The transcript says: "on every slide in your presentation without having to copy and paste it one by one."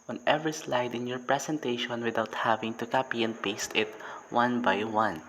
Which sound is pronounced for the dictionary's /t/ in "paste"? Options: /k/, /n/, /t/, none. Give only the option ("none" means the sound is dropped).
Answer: /t/